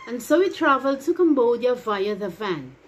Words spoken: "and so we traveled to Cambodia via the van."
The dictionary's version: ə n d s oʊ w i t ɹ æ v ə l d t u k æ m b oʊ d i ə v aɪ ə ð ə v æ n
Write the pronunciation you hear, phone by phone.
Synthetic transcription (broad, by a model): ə n s oʊ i t ɹ æ v ə l d t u k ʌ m b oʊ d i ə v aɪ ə ð ə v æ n